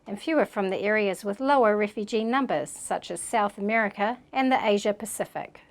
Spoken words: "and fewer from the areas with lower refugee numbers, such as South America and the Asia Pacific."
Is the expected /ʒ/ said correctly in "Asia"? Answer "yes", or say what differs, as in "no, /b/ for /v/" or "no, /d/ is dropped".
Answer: yes